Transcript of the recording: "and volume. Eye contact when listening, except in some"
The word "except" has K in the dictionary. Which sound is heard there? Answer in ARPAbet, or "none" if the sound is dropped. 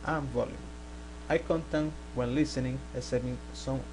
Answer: none